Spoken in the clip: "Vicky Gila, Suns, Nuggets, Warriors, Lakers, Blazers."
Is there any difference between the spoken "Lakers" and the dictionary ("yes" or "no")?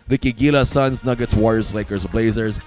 no